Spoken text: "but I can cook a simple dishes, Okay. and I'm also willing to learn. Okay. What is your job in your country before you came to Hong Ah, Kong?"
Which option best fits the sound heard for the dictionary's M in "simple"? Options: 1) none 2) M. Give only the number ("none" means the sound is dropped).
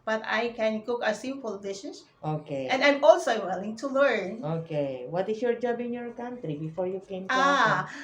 1